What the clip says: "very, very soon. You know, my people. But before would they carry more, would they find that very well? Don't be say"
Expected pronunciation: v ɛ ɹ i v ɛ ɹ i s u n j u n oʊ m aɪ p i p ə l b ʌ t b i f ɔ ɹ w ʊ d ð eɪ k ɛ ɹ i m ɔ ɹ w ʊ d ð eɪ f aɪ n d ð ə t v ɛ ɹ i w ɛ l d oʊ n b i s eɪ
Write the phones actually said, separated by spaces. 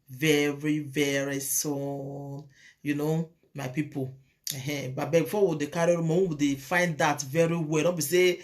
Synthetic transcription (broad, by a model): v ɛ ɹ i v ɛ ɹ i s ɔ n j u n oʊ m aɪ p i p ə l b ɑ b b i f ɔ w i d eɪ k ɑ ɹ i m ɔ w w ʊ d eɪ f aɪ n d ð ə t v ɛ ɹ i w ɛ l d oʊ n b i s eɪ